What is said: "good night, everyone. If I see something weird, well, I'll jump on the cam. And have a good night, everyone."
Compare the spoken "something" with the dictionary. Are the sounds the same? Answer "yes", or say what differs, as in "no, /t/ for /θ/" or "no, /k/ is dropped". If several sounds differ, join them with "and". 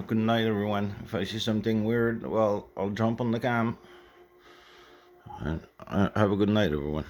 yes